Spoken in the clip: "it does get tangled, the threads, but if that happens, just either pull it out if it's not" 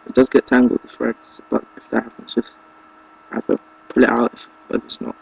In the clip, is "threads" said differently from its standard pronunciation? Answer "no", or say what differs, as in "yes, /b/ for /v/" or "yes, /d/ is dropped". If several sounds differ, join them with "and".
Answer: yes, /f/ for /θ/